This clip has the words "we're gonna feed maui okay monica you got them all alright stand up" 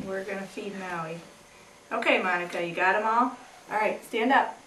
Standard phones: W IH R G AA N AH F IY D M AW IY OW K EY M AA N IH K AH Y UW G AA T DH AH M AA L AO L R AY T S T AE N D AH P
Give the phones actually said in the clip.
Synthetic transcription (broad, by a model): W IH R G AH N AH F IY D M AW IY OW K EY M AA N IH K AH Y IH G AA T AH M AA L AO L R AY T S T AE N D AH P